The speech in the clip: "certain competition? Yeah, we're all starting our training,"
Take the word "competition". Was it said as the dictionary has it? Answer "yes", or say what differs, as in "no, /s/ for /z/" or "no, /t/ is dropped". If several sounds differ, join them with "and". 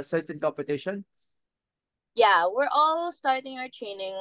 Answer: yes